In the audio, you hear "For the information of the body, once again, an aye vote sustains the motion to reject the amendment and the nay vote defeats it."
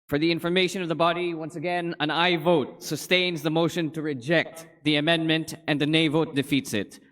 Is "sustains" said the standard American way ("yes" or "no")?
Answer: yes